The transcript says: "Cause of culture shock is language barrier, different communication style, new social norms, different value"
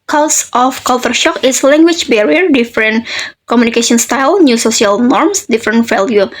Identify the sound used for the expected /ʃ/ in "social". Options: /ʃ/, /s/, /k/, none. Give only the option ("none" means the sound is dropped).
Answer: /s/